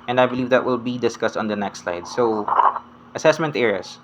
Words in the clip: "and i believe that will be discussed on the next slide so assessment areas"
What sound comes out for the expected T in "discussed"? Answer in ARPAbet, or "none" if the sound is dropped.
T